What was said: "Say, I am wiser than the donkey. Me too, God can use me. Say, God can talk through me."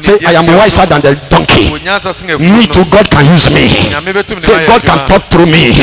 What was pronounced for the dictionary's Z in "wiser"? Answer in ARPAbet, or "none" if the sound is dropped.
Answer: S